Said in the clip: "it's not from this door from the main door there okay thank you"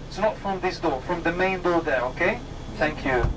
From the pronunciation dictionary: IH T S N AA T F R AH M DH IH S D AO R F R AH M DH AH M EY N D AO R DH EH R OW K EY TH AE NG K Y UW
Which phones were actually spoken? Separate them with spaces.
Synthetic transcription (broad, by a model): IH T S N AA T F R AH M DH IH S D AO F R AH M DH AH M EY N D AO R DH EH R OW K EY TH AE NG K Y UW